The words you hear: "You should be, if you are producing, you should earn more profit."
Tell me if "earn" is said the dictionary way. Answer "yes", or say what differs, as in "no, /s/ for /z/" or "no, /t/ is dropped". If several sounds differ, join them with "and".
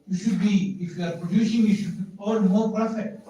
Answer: no, /l/ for /n/